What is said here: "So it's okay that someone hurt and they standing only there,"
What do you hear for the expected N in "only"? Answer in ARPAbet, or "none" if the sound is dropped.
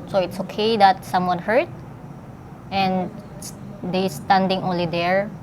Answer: N